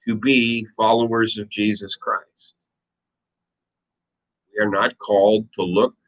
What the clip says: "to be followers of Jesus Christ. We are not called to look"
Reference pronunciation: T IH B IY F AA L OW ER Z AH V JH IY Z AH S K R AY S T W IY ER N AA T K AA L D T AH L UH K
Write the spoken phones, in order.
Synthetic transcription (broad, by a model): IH B IY F AA L OW ER Z AH V JH IY Z AH S K R AY S T W IY ER N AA T K AA L D T AH L UH K